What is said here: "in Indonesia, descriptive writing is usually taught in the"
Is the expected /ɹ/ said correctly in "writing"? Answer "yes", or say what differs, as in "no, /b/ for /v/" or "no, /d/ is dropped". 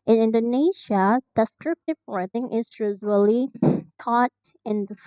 no, /w/ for /ɹ/